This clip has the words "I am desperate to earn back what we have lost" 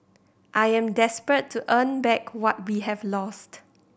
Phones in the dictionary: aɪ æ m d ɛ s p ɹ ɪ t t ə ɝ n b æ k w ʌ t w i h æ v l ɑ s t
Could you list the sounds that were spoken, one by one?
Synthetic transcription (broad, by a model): aɪ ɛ m d ɛ s p ɹ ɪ t t ə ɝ n b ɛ k w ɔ t w i h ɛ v l ɑ s t